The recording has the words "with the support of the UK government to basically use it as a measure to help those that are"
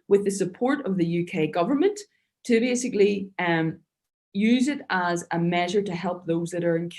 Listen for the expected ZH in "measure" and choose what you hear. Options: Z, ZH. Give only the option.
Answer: ZH